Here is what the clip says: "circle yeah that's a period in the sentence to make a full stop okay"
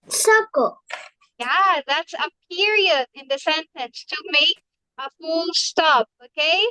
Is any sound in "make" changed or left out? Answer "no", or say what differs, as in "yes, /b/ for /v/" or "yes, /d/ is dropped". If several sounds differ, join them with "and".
yes, /k/ is dropped